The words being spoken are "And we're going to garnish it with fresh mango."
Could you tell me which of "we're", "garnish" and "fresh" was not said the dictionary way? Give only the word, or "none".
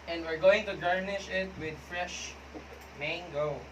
none